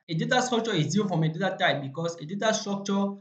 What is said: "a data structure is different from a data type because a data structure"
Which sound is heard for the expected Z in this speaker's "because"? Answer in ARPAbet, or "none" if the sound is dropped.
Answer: S